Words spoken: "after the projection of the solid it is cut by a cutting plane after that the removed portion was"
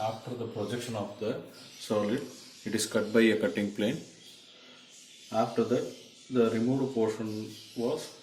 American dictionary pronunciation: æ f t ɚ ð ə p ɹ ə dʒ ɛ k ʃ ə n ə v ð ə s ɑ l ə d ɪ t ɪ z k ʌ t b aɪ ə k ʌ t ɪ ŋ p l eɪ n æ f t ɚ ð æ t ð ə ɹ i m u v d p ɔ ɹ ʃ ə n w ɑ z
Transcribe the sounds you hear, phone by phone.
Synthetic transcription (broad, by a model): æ f t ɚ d ə p ɹ ə dʒ ɛ k ʃ ə n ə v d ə s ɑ l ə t ɪ t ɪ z k ʌ t b aɪ ə k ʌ t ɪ ŋ p l eɪ n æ f t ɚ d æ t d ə ɹ i m u v d p ɔ ɹ ʃ ə n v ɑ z